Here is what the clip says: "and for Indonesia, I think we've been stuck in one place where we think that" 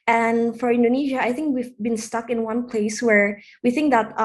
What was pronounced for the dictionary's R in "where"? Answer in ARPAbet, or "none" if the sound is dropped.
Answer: R